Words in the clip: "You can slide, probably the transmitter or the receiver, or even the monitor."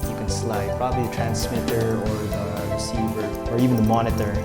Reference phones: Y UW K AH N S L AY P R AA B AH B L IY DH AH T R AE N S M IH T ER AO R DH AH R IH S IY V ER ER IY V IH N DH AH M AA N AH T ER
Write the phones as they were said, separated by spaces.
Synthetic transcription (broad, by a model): Y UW K AH N S L AY P R AA B AH B L IY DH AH T R AE N S M IH T ER AO R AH R IH S IY V ER ER IY V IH N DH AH M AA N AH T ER